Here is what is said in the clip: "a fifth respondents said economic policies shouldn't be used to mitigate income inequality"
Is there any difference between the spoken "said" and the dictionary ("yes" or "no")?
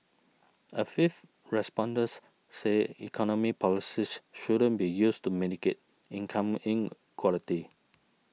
yes